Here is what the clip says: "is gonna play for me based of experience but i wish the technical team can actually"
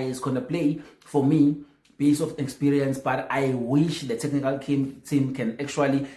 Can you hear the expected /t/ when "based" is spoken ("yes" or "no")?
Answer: no